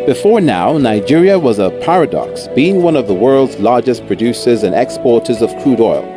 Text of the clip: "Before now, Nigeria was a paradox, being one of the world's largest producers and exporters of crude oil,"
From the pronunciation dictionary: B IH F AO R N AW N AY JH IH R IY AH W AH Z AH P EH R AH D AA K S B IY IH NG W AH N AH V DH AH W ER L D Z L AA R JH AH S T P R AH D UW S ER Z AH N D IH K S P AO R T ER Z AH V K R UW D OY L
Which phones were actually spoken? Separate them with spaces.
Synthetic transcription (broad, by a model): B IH F AO R N AW N AY JH IH R IY AH W AH Z AH P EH R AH D AA K S B IY IH NG W AH N AH V DH AH W ER L D Z L AA R JH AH S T P R AH D UW S ER Z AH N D IH K S P AO R T ER Z AH V K R UW D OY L